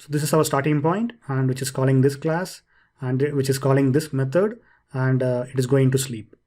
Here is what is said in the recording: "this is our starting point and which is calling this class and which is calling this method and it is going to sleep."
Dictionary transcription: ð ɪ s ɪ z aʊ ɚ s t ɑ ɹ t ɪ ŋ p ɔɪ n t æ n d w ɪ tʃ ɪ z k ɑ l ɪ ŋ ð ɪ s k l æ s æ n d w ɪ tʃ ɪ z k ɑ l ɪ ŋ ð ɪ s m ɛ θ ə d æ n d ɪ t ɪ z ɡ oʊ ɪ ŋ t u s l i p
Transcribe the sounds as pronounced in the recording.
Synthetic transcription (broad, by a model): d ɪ s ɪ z aʊ ɚ s t ɑ ɹ t ɪ ŋ p ɔɪ n t æ n d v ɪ tʃ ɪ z k ɑ l ɪ ŋ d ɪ s k l æ s æ n d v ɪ tʃ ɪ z k ɑ l ɪ ŋ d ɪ s m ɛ t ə d æ n d ɪ t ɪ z ɡ oʊ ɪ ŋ t u s l i p